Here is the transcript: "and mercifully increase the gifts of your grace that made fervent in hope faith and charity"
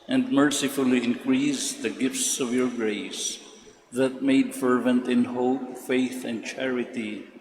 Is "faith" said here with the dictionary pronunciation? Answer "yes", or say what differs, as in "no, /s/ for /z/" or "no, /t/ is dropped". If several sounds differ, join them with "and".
yes